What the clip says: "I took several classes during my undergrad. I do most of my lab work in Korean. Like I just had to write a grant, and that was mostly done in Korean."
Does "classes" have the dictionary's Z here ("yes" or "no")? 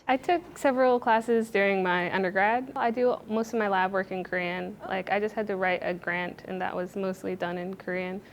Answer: yes